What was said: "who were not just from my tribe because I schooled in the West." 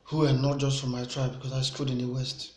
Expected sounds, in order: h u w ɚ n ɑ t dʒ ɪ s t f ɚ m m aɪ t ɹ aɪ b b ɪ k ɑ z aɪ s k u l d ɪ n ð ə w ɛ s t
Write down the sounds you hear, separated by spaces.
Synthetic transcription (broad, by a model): h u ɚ n ɑ t dʒ ɪ s t f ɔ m m aɪ t ɹ aɪ b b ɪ k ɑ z aɪ s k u d ɪ n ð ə w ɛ s t